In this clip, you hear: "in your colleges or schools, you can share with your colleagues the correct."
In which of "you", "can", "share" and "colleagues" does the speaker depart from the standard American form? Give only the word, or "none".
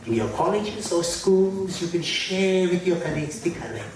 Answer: colleagues